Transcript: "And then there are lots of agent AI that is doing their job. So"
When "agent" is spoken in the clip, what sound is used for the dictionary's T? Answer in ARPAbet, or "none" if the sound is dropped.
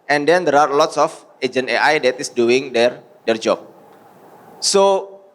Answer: none